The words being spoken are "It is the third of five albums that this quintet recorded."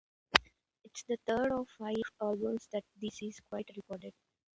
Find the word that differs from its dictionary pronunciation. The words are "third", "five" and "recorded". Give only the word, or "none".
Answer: third